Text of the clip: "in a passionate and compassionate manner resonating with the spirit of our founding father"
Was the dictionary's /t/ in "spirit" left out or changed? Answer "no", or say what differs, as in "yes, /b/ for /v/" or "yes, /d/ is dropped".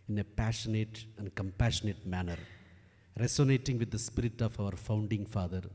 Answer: no